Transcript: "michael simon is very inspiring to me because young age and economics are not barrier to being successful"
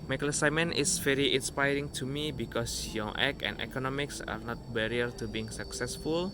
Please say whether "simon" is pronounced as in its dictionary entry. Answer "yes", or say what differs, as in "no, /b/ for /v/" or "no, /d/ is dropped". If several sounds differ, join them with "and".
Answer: yes